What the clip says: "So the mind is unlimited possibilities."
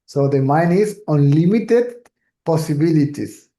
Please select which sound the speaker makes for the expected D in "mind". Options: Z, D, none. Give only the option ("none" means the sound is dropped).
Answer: none